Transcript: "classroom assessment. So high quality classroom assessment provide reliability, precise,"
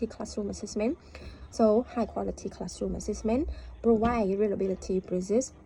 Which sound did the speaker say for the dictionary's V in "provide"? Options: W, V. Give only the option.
W